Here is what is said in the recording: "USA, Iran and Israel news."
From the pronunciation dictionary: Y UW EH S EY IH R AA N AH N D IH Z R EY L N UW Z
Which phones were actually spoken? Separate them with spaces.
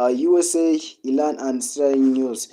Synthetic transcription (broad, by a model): Y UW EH S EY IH L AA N AH N D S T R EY N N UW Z